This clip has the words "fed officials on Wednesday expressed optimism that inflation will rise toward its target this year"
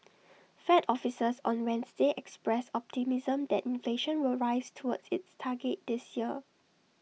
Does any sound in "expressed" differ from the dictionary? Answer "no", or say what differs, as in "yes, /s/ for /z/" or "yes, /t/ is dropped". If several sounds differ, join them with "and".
yes, /t/ is dropped